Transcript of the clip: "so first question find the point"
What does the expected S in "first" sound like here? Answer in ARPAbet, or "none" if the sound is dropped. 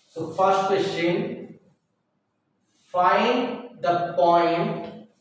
none